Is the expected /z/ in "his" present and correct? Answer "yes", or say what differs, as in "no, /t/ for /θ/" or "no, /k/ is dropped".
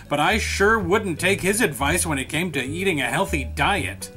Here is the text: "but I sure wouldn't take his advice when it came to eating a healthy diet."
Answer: yes